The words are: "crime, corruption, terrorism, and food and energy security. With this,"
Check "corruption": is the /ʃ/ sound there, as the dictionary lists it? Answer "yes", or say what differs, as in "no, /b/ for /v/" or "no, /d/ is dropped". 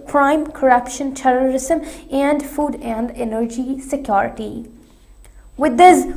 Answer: yes